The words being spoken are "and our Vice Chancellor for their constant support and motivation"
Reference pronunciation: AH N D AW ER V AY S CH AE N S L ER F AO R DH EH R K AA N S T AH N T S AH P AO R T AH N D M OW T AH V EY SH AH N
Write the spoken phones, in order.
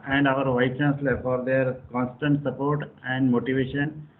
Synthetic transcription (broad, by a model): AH N D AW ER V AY CH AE N S L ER F AO R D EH R K AA N S T AH N T S AH P AO R T AH N D M OW T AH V EY SH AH N